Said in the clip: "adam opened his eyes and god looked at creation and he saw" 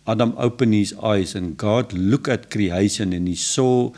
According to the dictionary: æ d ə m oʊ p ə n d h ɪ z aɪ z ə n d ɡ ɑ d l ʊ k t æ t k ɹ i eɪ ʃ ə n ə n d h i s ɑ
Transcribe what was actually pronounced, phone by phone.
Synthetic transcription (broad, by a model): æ d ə m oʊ p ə n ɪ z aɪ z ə n ɡ ɑ d l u k æ t k ɹ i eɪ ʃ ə n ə n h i s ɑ